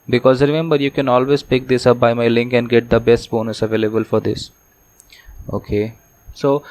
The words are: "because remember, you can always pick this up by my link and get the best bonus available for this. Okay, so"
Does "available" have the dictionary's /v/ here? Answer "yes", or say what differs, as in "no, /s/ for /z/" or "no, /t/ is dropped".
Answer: yes